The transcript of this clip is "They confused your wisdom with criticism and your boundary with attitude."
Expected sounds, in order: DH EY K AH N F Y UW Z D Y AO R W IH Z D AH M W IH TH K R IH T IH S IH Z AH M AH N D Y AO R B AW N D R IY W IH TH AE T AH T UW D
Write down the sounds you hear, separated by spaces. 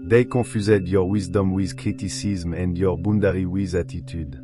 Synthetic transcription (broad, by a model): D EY K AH F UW Z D Y AO R W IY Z D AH M W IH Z K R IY T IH S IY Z M AH N D Y AO R B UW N D R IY W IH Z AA T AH T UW D